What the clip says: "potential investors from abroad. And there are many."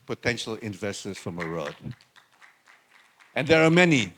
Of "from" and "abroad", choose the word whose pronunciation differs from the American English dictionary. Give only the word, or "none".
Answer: abroad